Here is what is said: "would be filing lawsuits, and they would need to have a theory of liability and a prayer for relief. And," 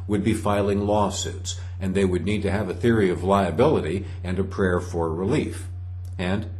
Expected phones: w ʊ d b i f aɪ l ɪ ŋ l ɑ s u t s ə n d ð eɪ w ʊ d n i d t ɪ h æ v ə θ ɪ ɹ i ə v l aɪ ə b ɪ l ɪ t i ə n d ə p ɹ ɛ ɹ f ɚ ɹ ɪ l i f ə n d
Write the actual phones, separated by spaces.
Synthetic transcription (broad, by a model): w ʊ d b i f aɪ l ɪ ŋ l ɑ s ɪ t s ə n ð eɪ w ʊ d n i d t ɪ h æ v ə θ ɪ ɹ i ə v l aɪ ə b ɪ l ɪ t i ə n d ə p ɹ ɛ ɹ f ɚ ɹ ɪ l i f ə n